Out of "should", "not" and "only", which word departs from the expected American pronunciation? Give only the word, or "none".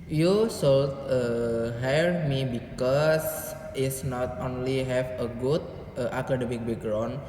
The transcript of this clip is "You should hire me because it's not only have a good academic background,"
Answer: should